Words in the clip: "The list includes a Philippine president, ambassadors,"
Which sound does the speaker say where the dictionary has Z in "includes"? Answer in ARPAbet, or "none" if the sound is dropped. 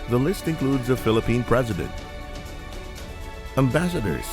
Z